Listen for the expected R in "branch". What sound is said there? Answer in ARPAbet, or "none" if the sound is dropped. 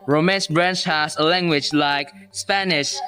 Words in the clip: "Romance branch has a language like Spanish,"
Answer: R